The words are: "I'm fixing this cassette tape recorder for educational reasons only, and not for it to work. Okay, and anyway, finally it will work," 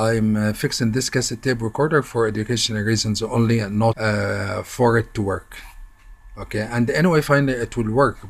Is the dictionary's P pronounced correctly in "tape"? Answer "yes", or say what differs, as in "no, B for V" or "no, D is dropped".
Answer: no, B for P